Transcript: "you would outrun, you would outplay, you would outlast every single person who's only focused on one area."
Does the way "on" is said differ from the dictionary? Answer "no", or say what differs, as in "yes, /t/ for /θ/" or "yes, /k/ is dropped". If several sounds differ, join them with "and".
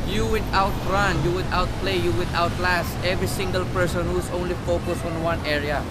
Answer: no